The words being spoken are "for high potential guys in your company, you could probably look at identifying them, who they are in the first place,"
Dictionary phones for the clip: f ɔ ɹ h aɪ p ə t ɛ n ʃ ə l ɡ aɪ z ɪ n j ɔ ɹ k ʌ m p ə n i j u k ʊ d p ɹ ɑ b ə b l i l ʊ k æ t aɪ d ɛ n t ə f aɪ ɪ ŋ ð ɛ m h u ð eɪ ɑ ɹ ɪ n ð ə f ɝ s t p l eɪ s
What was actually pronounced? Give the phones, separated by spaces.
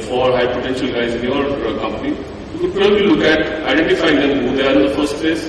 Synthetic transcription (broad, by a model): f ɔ ɹ h aɪ p ə t ɛ n ʃ ə l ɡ aɪ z ɪ n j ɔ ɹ k ʌ m p ə n i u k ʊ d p ɪ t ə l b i l ʊ k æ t aɪ d ɛ n t ə f aɪ ɪ ŋ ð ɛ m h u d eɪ ɑ ɹ ɪ n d ə f ɝ s t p l eɪ s